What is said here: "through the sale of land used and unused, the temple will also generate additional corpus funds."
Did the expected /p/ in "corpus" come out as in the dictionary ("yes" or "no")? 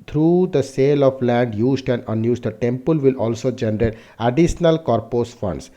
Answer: yes